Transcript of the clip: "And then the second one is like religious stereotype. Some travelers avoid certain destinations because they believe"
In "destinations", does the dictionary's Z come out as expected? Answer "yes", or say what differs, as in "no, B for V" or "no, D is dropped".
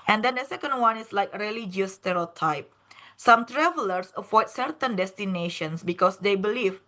no, S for Z